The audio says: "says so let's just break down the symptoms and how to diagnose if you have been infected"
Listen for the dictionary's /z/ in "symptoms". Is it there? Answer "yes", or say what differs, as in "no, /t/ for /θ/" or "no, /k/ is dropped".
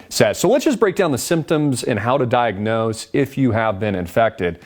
yes